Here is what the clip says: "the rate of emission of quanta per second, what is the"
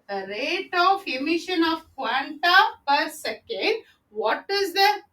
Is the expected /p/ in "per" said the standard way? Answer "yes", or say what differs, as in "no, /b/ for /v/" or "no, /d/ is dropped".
yes